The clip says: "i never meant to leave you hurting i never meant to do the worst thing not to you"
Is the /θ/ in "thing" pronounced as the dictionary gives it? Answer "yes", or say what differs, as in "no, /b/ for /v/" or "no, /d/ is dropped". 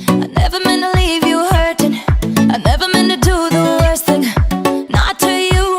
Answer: yes